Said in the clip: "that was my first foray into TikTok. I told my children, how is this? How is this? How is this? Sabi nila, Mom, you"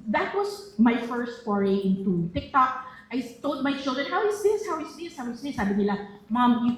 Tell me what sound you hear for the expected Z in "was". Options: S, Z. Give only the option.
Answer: S